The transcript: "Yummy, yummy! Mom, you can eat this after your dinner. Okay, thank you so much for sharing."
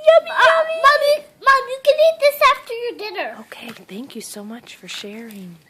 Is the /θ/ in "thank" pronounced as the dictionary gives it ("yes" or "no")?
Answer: yes